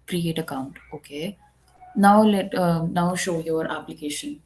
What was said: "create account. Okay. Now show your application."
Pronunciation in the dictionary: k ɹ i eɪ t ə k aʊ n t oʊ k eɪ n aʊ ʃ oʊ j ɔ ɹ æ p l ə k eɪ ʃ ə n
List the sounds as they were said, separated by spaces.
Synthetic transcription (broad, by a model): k ɹ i eɪ t ə k aʊ n t oʊ k eɪ n aʊ ʃ oʊ j ɔ ɹ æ p l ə k eɪ ʃ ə n